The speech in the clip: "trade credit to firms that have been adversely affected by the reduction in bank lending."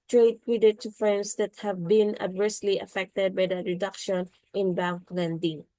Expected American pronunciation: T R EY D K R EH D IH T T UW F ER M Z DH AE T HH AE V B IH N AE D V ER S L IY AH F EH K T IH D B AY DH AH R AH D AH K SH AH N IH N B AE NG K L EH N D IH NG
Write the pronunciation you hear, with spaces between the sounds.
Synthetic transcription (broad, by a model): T R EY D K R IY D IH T T UW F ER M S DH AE T HH AE V B IH N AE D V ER S L IY AH F EH K T IH D B AY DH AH R AH D AH K SH AH N IH N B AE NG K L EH N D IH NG